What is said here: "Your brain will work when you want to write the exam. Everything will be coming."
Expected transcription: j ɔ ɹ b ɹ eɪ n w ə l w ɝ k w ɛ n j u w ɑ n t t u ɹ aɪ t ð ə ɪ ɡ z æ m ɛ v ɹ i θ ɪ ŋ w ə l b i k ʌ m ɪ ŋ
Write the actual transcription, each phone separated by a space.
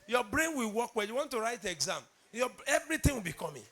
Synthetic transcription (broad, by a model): j ɔ b ɹ eɪ n w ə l w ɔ k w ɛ j u w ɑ n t t u ɹ aɪ t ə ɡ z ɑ m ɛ v ɹ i t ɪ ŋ w ə l b i k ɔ m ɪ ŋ